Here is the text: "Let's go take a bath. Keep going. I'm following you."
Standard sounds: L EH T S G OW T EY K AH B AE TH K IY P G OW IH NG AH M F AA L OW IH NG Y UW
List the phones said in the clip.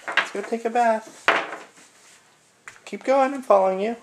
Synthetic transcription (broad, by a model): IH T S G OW T EY K AH B AE TH K IY P G OW IH NG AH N F AA L OW IH NG Y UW